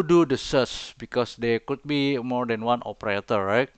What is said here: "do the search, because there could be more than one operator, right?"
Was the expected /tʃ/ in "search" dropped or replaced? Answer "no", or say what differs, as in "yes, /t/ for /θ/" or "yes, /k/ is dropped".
yes, /s/ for /tʃ/